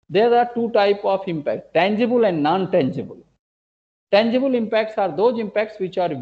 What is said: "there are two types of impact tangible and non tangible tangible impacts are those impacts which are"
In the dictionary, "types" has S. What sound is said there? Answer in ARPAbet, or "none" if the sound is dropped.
none